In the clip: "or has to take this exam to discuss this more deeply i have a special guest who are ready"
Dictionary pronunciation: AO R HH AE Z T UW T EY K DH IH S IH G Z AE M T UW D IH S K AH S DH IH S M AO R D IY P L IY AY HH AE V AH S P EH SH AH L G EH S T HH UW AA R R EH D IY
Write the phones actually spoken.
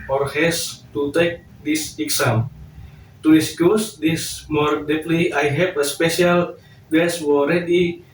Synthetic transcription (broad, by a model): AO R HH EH S T UW T EY K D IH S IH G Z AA M T UW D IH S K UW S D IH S M AO R D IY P L IY AY HH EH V AH S P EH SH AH L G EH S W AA L R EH D IY